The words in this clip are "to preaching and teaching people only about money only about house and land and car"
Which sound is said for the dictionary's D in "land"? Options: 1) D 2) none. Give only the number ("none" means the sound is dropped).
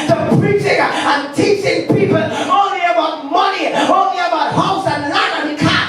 2